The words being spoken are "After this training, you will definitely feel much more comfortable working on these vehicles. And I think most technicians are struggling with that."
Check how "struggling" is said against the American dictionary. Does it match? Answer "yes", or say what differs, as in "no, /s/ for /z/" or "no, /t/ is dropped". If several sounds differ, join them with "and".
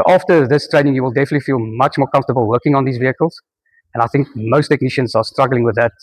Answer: yes